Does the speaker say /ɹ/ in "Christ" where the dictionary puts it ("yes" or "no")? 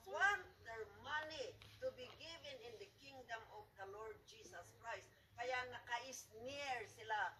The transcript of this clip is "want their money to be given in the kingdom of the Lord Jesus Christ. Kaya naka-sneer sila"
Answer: yes